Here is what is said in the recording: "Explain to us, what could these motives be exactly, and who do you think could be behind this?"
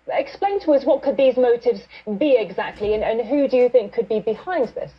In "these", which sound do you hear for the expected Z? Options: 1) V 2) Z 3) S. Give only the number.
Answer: 2